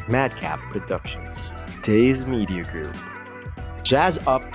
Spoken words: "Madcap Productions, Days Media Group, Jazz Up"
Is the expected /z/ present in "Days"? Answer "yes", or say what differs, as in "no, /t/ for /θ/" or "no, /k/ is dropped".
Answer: yes